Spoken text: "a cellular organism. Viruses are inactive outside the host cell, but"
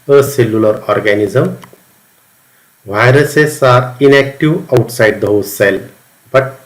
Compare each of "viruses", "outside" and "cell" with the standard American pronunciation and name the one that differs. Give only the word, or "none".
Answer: viruses